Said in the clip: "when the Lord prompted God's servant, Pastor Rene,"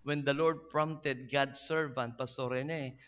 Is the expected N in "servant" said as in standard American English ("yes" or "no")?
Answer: yes